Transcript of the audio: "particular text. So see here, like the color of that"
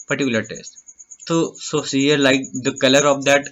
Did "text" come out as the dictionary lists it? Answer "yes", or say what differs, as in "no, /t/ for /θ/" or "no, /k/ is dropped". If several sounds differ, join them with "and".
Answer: no, /k/ is dropped